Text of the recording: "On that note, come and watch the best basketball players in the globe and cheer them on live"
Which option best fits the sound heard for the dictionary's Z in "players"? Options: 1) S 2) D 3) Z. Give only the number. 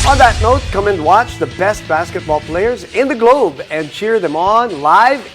3